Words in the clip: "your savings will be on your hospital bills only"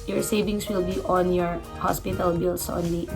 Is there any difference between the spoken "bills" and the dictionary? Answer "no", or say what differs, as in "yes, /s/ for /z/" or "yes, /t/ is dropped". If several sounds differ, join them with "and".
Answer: yes, /s/ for /z/